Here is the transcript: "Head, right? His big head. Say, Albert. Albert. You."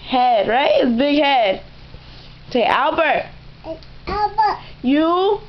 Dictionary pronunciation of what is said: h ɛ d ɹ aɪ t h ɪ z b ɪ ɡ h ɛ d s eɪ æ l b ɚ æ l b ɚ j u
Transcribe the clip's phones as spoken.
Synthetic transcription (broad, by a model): h ɛ d ɹ aɪ t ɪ s b ɪ ɡ h ɛ d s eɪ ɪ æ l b ɚ j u